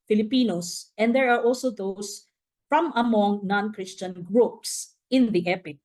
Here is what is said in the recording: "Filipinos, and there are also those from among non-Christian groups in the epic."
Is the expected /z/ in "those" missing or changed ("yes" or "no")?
yes